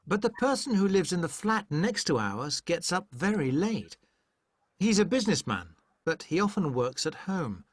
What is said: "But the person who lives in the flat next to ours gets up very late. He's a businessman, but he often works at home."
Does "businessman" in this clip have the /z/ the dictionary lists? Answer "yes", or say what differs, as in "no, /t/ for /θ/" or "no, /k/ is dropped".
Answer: yes